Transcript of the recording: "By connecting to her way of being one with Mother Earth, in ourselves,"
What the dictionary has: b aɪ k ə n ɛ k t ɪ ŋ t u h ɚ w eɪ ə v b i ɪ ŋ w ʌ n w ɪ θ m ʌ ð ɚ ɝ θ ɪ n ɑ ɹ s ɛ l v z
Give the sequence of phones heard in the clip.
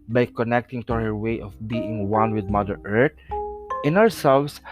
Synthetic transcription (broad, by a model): b aɪ k ə n ɛ k t ɪ ŋ t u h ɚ w eɪ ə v b i ɪ ŋ w ʌ n w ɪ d m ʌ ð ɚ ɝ t ɪ n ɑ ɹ s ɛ l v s